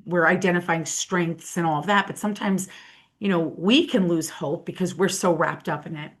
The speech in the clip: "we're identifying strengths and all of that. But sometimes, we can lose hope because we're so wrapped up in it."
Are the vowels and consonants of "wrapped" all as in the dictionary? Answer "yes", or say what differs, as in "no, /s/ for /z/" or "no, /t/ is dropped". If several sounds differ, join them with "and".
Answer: yes